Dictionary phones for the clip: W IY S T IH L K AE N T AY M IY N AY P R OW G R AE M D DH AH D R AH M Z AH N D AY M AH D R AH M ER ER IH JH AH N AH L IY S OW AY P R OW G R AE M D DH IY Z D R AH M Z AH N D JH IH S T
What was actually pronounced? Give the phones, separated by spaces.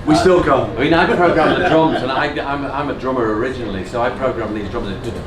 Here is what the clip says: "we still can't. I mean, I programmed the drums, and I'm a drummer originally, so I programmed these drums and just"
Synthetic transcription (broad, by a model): W IY S T IH L K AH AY M IY N AY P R OW G R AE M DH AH D R AH M Z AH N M AY M AH D R AH M ER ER IH JH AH N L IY S OW AY P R OW G R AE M DH IY Z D R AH M AH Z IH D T